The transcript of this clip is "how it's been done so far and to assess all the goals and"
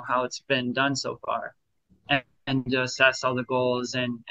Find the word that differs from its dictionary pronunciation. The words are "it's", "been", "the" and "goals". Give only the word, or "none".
none